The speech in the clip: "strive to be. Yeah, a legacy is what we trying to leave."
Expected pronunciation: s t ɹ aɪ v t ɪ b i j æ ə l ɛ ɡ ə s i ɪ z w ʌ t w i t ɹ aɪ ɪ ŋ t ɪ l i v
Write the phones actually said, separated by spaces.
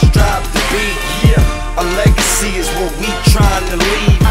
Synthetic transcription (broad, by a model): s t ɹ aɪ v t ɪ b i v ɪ ə l ɛ ɡ ə s i ɪ z w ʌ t w i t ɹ aɪ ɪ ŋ t ɪ l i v